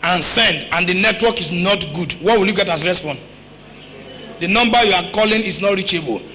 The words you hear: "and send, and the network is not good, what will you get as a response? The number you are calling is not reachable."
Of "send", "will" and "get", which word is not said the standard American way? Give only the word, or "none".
none